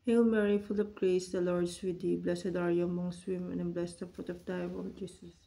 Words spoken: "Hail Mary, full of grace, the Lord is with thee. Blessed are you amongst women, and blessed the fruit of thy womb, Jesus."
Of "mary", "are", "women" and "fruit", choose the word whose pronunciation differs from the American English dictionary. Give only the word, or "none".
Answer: fruit